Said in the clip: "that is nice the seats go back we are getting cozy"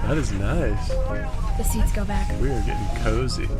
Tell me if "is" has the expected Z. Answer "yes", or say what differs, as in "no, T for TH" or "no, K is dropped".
yes